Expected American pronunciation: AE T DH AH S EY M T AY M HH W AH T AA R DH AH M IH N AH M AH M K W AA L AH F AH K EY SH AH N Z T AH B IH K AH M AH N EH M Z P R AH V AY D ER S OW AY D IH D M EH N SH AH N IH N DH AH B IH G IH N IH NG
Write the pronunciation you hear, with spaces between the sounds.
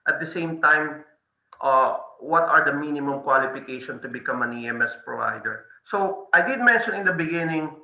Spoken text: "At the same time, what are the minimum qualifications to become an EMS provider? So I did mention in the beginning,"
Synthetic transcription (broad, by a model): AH T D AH S EY M T AY M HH W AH T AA R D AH M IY N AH M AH M K W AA L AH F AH K EY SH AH N T AH B IH K AH M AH N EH M S P R AH V AY D ER S OW AY D IH D M EH N SH AH N IH N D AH B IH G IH N IH NG